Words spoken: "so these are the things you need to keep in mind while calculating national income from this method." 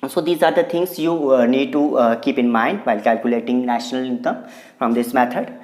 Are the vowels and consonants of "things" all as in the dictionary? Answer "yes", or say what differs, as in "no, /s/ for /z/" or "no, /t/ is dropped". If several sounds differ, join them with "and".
no, /t/ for /θ/